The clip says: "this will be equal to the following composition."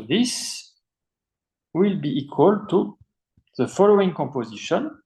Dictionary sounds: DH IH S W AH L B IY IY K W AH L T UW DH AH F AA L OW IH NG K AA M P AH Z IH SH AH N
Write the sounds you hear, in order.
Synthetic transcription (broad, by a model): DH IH S W AH L B IY IY K W AH L T UW DH AH F AA L OW IH NG K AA M P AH Z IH SH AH N